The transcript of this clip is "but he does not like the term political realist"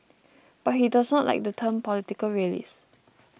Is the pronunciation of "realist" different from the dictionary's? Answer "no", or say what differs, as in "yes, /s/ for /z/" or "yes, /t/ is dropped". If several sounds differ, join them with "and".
yes, /t/ is dropped